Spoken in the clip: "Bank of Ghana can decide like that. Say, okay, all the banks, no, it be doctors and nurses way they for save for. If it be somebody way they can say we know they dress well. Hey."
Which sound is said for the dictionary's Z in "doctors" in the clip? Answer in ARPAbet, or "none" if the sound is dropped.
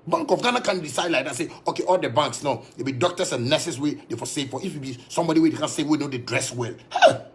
S